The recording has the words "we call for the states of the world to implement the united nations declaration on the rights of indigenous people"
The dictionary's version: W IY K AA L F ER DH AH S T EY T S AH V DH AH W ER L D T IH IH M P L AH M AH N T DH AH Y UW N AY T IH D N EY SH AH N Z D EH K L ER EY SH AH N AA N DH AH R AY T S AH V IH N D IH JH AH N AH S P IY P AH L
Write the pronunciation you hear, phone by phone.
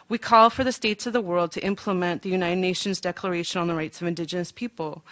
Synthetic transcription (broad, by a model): W IY K AA L F ER DH AH S T EY T S AH V DH AH W ER L D T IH IH M P L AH M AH N DH AH Y UW N AY T IH D N EY SH AH N Z D EH K L ER EY SH AH N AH N DH AH R AY T S AH V IH N D IH JH AH N AH S P IY P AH L